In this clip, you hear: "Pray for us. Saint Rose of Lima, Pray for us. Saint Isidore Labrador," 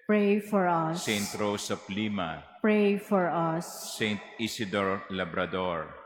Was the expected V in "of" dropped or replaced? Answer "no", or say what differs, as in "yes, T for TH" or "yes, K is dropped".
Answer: yes, P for V